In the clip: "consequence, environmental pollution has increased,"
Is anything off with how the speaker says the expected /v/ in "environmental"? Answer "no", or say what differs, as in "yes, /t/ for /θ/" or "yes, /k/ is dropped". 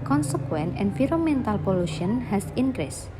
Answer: yes, /f/ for /v/